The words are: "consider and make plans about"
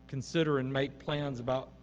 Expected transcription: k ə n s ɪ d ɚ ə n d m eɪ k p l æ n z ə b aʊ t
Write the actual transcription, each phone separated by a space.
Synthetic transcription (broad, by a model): k n s ɪ d ɚ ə n m eɪ k p l æ n z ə b aʊ t